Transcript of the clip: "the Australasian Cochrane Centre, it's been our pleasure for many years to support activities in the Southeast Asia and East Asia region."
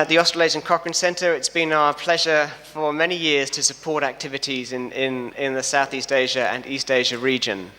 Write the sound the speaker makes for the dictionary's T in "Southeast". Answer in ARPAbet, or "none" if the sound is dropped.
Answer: T